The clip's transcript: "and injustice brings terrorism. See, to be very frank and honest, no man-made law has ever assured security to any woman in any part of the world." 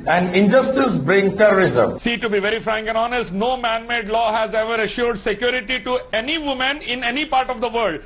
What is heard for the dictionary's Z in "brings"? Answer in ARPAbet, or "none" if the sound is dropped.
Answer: none